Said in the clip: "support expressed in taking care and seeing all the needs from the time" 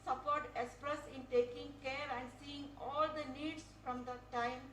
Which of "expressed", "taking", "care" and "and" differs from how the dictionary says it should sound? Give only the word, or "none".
expressed